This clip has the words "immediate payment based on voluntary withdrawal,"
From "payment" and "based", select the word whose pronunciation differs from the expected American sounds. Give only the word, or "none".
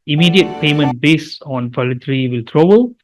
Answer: based